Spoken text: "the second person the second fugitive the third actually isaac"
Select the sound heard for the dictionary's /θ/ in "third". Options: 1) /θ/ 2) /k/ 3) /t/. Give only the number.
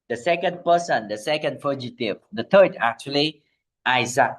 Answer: 3